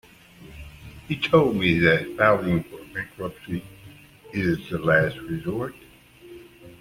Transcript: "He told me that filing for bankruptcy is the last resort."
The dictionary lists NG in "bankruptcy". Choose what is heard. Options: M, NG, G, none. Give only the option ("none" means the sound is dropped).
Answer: none